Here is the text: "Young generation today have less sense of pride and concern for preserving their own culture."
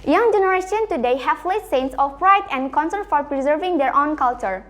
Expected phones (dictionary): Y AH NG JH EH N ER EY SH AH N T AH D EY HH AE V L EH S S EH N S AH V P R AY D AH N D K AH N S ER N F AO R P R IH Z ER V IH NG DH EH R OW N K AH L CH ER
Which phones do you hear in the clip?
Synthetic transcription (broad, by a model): Y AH NG JH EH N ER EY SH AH N T AH D EY HH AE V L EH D S EH N S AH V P R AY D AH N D K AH N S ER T F AO R P R IH Z ER V IH NG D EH R OW N K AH L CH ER